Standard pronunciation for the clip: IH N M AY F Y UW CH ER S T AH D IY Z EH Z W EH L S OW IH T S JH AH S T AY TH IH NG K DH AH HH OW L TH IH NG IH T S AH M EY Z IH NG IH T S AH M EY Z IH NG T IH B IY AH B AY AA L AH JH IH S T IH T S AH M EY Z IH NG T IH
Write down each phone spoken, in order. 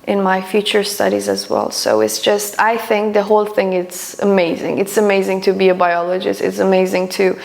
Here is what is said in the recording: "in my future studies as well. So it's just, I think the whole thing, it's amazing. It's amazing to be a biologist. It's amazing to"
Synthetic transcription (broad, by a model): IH N M AY F Y UW CH ER S T AH D IY Z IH Z W EH L S OW IH T S JH AH S T AY TH IH NG K DH AH HH OW L TH IH NG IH T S AH M EY Z IH NG IH T S AH M EY Z IH NG T IH B IY AH B AY AA L AH JH IH S T IH T S AH M EY Z IH NG T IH